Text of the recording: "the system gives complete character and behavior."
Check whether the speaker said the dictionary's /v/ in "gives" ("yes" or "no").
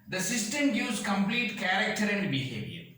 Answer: no